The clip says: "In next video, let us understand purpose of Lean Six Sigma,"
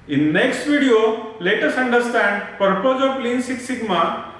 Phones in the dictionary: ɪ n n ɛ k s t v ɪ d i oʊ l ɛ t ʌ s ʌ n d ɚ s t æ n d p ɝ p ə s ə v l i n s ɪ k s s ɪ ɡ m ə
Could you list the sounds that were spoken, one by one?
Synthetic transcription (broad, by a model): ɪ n n ɛ k s t v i d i oʊ l ɛ t ʌ s ʌ n d ɚ s t æ n d p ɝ p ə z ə p l i n s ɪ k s s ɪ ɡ m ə